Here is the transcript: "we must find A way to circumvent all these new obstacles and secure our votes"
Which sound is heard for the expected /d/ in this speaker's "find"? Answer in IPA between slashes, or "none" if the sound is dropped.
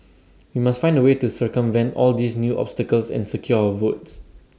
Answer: /d/